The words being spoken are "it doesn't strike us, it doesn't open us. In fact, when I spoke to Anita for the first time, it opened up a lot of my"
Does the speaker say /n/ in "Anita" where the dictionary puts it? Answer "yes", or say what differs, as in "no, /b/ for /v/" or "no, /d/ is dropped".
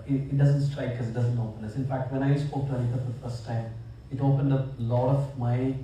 no, /l/ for /n/